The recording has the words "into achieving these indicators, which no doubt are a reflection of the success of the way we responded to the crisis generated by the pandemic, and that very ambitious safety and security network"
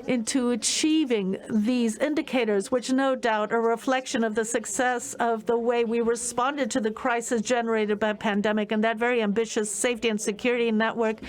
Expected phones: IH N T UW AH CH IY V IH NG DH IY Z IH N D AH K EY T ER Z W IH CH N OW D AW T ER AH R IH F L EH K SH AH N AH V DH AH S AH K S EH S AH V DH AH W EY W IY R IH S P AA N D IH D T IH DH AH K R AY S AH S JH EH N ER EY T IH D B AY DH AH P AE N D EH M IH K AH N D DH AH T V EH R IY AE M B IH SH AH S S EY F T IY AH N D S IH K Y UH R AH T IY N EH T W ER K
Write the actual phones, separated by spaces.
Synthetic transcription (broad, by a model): IH N T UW AH CH IY V IH NG DH IY Z IH N D AH K EY T ER Z W IH CH N OW D AW T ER AH R IH F L EH K SH AH N AH V DH AH S AH K S EH S AH V DH AH W EY W IY R IH S P AA N D IH D T IH DH AH K R AY S AH S JH EH N ER EY T IH D B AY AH P AE N D EH M IH K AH N DH AH T V EH R IY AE M B IH SH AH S S EY F T IY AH N S IH K Y UH R AH T IY N EH T W ER K